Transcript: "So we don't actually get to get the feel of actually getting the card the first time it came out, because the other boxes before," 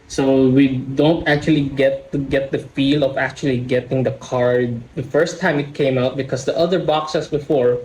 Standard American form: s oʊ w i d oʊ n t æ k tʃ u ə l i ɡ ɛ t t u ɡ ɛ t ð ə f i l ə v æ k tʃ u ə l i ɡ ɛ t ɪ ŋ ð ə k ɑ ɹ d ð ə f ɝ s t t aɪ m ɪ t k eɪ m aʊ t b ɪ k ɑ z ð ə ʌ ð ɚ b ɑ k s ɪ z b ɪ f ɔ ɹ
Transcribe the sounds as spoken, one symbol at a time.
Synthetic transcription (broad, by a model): s oʊ w i d oʊ n t æ k tʃ u ə l i ɡ ɛ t t u ɡ ɛ t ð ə f i l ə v æ k tʃ u ə l i ɡ ɛ t ɪ ŋ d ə k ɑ ɹ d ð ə f ɝ s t t aɪ m ɪ t k eɪ m aʊ t b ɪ k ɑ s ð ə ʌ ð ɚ b ɑ k s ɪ s b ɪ f ɔ ɹ